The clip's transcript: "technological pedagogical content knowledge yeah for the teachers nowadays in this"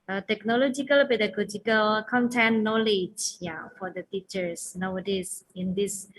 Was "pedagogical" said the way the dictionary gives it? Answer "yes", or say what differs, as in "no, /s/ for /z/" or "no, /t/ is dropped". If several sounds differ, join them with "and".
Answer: no, /b/ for /p/